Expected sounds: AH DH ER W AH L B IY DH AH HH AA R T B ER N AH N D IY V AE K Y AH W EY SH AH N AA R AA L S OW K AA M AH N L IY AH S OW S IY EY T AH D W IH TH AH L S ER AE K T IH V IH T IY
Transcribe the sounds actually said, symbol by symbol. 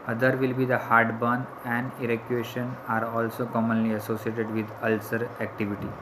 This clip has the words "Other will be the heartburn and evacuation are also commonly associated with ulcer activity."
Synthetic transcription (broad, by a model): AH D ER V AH L B IY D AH HH AA R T B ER N AH N D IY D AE K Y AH EY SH AH N AA R AA L S OW K AA M AH N L IY AH S OW S IY EY T AH D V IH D AH L S ER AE K T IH V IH T IY